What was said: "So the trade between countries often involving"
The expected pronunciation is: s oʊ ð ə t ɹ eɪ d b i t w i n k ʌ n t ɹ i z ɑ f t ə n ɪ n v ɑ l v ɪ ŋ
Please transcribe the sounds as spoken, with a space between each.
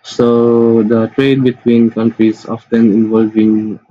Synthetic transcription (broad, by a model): s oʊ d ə t ɹ eɪ d b i t w i n k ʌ n t ɹ i s ɑ f t ə n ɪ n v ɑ l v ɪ ŋ